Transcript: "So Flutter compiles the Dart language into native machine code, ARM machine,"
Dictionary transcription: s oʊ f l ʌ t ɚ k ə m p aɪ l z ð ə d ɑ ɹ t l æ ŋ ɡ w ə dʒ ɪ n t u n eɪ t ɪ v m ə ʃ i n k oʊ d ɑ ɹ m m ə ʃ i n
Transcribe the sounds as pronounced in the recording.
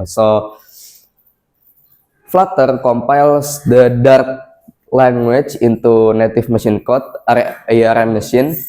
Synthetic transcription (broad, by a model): s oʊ f l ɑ t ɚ k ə m p aɪ l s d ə d ɑ ɹ t l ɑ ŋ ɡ w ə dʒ ɪ n t u n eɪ t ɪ f m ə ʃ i n k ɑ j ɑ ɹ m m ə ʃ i n